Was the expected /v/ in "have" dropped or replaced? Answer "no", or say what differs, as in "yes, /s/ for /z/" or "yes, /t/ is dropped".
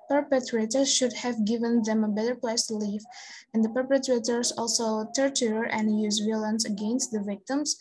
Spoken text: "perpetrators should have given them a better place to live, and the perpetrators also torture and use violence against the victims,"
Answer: no